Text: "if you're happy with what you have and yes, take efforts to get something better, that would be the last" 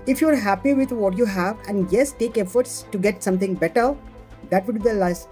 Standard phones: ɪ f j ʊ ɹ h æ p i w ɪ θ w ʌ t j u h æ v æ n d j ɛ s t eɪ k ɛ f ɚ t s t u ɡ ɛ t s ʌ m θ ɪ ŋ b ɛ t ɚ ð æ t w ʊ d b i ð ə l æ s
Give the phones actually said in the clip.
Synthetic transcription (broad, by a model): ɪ f j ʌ ɹ h æ p i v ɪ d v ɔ t j u h æ v æ n d j ɛ s t eɪ k ɛ f ɚ t s t u ɡ ɛ t s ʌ m t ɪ ŋ b ɛ t ɚ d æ t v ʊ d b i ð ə l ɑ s